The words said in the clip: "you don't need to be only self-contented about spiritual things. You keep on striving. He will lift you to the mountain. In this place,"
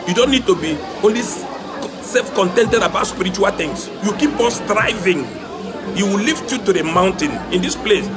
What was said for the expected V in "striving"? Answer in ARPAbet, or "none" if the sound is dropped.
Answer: V